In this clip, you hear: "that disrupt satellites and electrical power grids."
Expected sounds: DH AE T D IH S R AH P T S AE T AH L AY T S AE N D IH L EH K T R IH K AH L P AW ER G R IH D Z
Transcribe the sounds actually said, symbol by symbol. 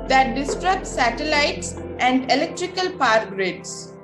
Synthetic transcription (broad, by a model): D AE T D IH S R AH T S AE T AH L AY T S AE N D IH L EH K T R IH K AH L P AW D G R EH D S